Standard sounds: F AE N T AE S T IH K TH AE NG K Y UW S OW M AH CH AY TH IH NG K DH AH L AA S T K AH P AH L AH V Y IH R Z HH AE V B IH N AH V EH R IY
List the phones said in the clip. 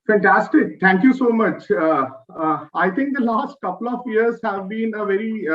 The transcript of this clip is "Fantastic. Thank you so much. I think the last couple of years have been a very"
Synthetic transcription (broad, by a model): F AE N T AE S T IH K T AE NG K Y UW S OW M AH CH AY T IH NG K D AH L AA S T K AH P AH L AH V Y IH R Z HH AE V B IH N AH V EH R IY